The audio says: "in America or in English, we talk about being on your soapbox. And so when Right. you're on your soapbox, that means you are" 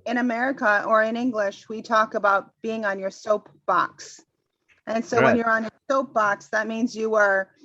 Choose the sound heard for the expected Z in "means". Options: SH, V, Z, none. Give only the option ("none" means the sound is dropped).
Z